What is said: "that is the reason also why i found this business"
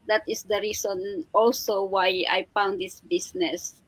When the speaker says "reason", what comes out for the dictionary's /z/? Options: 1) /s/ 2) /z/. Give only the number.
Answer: 1